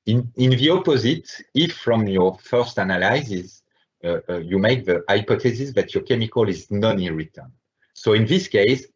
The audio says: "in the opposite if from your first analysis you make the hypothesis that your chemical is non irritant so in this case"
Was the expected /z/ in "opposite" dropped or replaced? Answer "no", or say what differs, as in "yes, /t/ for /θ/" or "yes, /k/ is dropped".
no